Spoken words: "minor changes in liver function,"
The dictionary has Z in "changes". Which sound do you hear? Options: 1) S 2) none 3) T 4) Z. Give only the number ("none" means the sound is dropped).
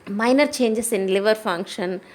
1